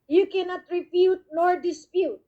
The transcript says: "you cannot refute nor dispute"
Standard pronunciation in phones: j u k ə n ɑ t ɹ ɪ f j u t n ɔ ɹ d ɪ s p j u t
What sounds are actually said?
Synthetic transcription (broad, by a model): j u k ə n ɑ t ɹ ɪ p j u t n ɔ ɹ d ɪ s p j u t